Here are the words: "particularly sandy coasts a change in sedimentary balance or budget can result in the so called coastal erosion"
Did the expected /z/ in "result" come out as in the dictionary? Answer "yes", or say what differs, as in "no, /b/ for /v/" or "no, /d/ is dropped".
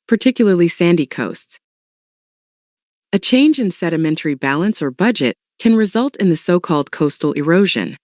yes